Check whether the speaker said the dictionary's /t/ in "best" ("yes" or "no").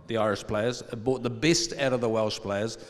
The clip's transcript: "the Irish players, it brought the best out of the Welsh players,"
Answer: yes